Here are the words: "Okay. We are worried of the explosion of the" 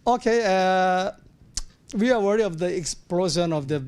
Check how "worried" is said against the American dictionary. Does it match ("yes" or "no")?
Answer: no